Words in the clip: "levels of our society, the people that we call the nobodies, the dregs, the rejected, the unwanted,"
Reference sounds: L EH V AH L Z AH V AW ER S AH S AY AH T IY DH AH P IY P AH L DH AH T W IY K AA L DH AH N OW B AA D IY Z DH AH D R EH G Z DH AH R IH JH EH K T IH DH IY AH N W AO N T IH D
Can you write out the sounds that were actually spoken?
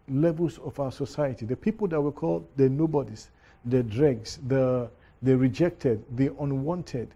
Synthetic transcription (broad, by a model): L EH V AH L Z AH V AW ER S AH S AY AH T IY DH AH P IY P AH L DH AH T W IY K AA L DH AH N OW B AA D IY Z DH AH D R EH G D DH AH R IH JH EH K T IH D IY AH N W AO N T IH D